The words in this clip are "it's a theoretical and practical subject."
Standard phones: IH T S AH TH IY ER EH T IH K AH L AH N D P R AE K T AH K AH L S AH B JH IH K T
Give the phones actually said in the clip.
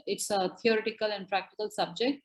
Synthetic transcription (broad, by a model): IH T S AH T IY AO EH T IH K AH L AH N D P R AE K T AH K AH L S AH B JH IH K T